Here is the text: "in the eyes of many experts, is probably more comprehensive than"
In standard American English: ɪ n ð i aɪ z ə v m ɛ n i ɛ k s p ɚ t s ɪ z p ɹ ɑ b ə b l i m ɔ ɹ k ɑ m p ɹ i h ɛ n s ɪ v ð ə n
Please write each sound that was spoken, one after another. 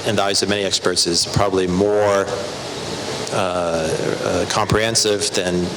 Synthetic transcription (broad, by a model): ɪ n ð i aɪ z ə v m ɛ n i ɛ k s p ɚ t s ɪ z p ɹ ɑ b ə b l i m ɔ ɹ k ɑ m p ɹ i h ɛ n s ɪ v ð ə n